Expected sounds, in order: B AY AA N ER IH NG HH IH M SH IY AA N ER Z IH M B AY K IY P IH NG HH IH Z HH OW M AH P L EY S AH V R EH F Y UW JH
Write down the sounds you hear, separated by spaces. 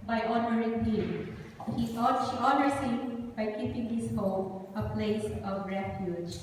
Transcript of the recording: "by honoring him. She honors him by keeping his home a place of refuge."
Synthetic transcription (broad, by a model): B AY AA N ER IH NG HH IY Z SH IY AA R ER S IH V B AY K IY P IH NG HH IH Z HH OW M AH P L EY S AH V R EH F Y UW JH